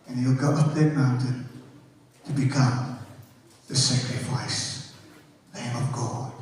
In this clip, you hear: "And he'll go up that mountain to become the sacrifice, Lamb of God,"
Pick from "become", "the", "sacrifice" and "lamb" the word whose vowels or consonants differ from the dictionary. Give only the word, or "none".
lamb